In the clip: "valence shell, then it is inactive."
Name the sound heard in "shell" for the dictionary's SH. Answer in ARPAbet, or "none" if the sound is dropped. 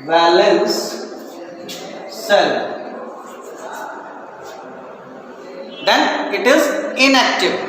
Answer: S